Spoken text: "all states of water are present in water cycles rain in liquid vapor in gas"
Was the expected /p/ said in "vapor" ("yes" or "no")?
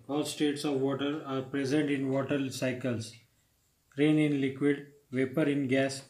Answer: yes